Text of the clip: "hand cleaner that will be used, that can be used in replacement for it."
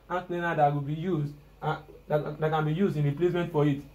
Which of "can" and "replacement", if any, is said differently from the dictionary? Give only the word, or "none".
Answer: none